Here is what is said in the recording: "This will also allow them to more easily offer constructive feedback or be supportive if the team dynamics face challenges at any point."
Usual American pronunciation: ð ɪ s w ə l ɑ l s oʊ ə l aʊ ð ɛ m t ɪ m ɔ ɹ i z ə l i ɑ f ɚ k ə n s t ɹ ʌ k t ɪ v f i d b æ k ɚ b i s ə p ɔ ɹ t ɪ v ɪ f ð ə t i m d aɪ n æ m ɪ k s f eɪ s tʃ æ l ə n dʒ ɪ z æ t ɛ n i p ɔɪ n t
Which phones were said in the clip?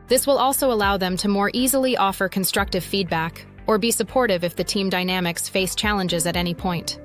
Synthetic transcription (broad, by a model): ð ɪ s w ə l ɑ l s oʊ ə l aʊ ð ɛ m t ɪ m ɔ ɹ i z l i ɑ f ɚ k ə n s t ɹ ʌ k t ɪ v f i d b æ k ɚ b i s ə p ɔ ɹ t ɪ v ɪ f ð ə t i m d aɪ n æ m ɪ k s f eɪ s tʃ æ l ə n dʒ ɪ z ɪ t ɛ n i p ɔɪ n t